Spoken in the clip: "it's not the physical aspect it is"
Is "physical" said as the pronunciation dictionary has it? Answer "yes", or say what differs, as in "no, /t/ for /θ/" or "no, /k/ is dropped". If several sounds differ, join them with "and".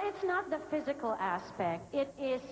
yes